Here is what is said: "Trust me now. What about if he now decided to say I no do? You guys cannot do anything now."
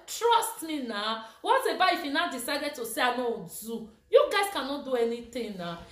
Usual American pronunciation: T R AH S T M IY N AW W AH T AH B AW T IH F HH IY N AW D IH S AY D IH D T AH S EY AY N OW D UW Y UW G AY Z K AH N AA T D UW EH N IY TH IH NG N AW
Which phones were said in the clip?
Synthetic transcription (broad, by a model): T R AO S T M IY N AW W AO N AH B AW IH F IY N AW D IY S AY D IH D T AH S EY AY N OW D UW Y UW G AY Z K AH N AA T D UW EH N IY T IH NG N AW